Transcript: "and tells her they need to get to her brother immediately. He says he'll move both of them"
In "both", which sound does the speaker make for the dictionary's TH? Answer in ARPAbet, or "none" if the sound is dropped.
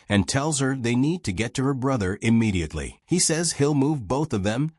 TH